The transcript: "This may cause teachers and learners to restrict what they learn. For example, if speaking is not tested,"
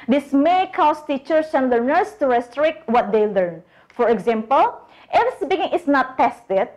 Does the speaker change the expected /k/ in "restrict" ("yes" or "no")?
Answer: no